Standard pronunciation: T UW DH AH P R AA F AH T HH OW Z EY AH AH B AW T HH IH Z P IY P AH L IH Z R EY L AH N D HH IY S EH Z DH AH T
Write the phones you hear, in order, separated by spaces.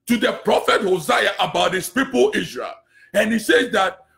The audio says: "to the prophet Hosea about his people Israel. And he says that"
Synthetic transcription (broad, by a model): T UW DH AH P R AA F AH T HH OW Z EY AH AH B AW T HH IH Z P IY P AH L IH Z R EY L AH N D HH IY S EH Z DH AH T